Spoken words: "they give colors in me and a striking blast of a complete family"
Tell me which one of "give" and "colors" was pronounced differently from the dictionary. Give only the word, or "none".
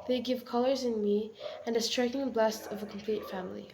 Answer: none